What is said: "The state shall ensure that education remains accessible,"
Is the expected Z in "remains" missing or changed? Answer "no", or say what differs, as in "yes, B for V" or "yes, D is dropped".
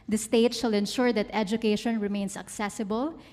yes, S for Z